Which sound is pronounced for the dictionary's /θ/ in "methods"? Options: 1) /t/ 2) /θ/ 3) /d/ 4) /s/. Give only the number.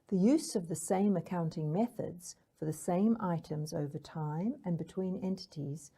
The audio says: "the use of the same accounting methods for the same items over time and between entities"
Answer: 2